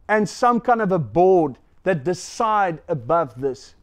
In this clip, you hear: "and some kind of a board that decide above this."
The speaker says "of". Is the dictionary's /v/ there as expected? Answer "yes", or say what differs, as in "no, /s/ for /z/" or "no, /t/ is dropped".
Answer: yes